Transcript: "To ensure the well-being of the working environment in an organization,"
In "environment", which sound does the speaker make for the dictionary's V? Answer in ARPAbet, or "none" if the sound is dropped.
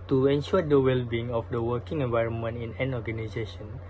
V